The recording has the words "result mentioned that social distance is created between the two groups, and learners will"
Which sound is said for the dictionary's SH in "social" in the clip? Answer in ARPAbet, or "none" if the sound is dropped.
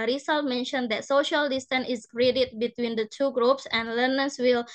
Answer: SH